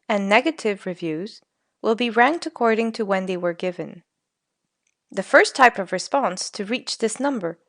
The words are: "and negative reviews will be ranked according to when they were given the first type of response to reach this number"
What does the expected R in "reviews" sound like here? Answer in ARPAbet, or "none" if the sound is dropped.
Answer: R